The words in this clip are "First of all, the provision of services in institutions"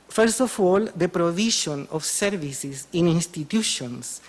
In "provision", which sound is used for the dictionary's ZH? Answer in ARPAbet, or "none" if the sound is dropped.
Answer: SH